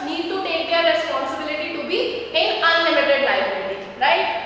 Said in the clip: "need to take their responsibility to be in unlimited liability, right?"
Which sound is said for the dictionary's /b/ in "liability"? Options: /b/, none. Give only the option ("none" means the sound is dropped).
none